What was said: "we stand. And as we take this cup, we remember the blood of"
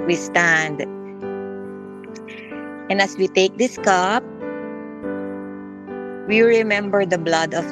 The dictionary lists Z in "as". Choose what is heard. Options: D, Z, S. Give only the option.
S